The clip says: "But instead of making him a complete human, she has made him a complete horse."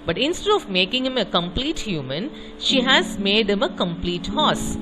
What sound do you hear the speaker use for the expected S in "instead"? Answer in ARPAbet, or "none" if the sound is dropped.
S